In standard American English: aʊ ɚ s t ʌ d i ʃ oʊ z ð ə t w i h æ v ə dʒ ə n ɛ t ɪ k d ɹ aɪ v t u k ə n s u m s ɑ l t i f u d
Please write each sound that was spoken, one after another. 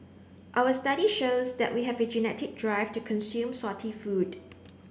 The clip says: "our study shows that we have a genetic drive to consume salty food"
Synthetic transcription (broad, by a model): aʊ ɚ s t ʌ d i ʃ oʊ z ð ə t w i h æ v ə dʒ ə n ɛ t ɪ k d ɹ aɪ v t u k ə n s u m s ɑ t i f u d